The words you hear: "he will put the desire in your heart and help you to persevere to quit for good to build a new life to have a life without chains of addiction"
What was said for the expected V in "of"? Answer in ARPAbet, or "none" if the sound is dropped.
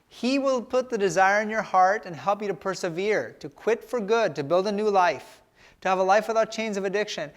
V